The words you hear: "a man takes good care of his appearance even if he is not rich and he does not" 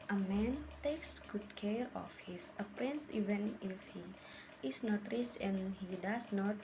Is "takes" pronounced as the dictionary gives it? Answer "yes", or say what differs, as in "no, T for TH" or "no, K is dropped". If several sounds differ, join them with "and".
yes